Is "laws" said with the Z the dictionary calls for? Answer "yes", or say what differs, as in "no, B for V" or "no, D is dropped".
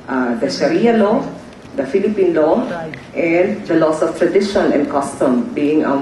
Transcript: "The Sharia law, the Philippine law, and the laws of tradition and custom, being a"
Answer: no, S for Z